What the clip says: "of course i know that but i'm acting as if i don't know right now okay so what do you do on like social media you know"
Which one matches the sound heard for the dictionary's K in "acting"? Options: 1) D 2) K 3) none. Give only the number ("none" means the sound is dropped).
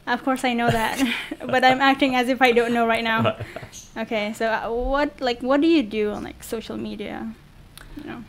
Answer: 2